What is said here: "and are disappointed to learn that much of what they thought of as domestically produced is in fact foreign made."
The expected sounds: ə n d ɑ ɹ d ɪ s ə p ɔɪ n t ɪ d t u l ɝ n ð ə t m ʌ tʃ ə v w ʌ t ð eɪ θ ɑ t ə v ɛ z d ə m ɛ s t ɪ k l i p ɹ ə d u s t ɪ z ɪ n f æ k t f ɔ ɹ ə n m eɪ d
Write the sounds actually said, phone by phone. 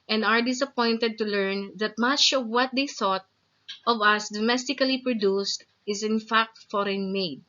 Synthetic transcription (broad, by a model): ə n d ɑ ɹ d ɪ s ə p ɔɪ n t ɪ d t u l ɝ n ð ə t m ʌ tʃ ə v w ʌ t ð eɪ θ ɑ t ə v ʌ s d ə m ɛ s t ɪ k l i p ɹ ə d u s t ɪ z ɪ n f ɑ k t f ɔ ɹ ə n m eɪ d